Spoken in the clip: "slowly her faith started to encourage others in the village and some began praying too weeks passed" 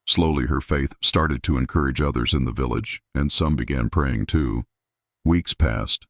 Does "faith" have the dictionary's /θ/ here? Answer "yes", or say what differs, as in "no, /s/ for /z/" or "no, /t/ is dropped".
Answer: yes